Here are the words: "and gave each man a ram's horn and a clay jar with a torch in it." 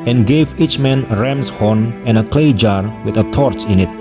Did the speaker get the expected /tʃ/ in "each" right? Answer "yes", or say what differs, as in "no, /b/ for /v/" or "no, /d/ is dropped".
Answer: yes